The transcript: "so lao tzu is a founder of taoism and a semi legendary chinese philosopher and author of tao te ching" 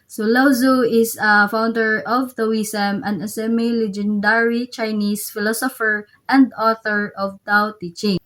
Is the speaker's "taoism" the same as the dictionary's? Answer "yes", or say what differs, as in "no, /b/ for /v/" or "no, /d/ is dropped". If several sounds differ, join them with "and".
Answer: no, /s/ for /z/